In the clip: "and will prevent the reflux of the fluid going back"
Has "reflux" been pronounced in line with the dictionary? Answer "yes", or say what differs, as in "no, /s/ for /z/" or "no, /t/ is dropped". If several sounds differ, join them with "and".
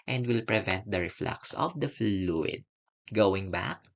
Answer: yes